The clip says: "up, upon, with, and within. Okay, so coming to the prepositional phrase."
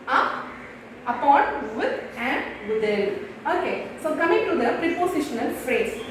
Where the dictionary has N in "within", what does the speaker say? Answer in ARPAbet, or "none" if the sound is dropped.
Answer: L